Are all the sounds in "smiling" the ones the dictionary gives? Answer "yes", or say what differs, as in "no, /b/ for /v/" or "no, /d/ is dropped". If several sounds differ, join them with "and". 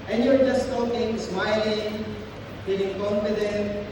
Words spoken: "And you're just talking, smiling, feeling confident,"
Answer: yes